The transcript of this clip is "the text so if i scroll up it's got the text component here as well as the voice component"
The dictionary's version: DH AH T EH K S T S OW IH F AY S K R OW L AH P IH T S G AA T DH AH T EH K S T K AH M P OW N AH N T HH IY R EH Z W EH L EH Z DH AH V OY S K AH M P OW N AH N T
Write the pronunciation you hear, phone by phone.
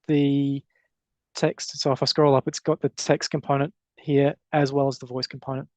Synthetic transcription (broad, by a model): DH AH T EH K S T S OW IH F AY S K R OW L AH P IH T S G AA T DH AH T EH K S T K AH M P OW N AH N T HH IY R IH Z W EH L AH Z DH AH V OY S K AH M P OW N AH N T